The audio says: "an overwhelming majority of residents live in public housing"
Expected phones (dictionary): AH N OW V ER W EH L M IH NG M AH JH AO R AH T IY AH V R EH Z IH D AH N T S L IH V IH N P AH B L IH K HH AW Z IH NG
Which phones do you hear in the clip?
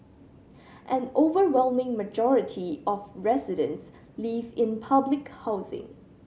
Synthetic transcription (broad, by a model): AH N OW V ER W EH L M IH NG M AH JH AO R AH T IY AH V R EH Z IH D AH N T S L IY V IH N P AH B L IH K HH AW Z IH NG